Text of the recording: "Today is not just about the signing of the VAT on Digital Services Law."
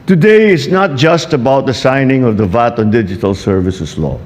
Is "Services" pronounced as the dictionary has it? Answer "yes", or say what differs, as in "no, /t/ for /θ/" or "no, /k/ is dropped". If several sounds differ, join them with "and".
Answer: no, /s/ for /z/